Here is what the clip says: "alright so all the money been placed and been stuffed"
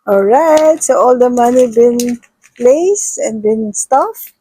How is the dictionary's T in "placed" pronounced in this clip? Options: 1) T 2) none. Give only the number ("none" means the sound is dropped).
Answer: 2